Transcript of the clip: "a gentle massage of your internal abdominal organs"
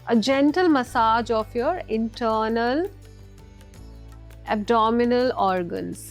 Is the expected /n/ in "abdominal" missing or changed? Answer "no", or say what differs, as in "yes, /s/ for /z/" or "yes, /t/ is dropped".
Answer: no